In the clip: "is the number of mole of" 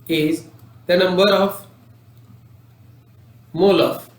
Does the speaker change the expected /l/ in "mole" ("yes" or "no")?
no